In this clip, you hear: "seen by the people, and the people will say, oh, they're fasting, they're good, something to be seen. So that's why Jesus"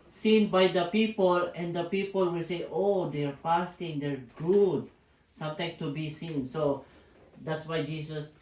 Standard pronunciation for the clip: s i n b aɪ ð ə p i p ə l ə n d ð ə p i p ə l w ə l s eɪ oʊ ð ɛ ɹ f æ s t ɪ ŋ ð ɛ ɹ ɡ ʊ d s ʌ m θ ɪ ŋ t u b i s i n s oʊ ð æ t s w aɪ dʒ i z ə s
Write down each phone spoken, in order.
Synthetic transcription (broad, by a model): s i n b aɪ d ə p i p ə l ə n d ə p i p ə l w ə l s eɪ oʊ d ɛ ɹ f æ s t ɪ ŋ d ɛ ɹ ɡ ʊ d s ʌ m t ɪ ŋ t u b i s i n s oʊ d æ t s w aɪ dʒ i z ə s